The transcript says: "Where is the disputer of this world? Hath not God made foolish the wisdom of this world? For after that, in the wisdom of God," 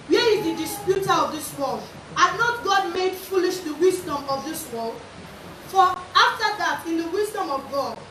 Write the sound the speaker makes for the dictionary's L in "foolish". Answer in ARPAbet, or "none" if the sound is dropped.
L